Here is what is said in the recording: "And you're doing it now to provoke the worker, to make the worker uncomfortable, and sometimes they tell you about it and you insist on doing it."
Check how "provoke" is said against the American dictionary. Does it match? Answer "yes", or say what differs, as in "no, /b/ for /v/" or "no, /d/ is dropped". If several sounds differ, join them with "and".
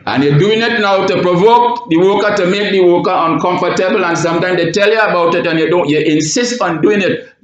yes